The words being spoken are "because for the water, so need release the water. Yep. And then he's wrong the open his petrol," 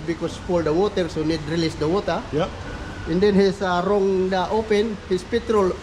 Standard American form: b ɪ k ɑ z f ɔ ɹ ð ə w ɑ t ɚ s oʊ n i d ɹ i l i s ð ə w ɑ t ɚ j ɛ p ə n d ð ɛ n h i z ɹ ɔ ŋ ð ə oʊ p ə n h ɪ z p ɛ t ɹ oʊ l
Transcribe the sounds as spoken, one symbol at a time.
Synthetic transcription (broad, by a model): b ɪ k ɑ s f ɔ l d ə w ɑ t ɚ s oʊ n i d ɹ i l i s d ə w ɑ t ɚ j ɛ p ə n d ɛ n h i s ɹ ɔ ŋ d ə oʊ p ə n h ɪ s p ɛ t ɹ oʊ l